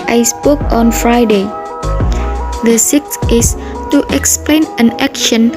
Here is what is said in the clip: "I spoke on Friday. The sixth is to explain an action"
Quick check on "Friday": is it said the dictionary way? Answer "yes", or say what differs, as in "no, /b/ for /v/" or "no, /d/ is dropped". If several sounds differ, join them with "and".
yes